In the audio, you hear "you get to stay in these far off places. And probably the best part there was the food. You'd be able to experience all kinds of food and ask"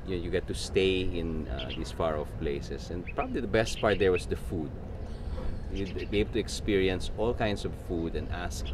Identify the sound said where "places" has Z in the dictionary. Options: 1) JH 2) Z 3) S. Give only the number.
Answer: 3